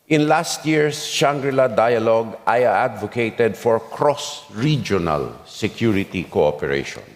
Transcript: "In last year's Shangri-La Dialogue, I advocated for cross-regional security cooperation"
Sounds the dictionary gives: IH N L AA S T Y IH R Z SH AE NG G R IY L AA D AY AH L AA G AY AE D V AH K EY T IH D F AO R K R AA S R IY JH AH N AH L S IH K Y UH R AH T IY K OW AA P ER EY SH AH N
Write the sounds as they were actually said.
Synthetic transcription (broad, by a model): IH N L AA S T Y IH R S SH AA NG G R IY L AA D AY AH L AA G AY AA D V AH K EY T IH D F AO R K R AA S R IY JH AH N AH L S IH K Y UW R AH T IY K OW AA P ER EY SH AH N